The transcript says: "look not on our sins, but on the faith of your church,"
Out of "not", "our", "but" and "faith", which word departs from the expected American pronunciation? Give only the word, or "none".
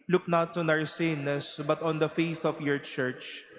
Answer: none